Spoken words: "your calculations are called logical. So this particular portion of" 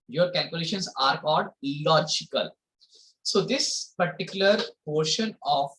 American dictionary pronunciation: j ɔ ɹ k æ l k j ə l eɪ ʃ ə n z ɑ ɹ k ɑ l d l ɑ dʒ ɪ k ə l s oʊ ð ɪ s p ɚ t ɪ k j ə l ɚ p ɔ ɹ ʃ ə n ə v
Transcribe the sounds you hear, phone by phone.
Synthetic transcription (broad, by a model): j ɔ ɹ k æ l k j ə l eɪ ʃ ə n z ɑ ɹ k ɑ l d l ɑ dʒ ɪ k ə l s oʊ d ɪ s p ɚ t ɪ k j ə l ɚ p ɔ ɹ ʃ ə n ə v